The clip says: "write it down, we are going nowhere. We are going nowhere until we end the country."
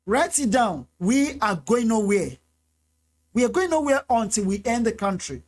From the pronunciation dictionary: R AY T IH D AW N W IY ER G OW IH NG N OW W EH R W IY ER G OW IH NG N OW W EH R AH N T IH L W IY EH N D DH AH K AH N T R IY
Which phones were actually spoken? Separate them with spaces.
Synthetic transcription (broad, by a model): R AY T IH D AW N W IY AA G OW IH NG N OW W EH W IY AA G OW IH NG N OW W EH AH N T IH L W IY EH N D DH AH K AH N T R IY